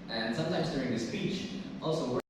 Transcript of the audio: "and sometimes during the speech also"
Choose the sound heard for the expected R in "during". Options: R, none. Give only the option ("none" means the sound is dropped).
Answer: R